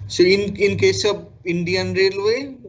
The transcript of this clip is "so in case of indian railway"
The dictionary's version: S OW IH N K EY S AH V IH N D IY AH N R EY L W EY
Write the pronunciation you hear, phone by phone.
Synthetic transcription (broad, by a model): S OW IH N K EY S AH B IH N D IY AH N R EY L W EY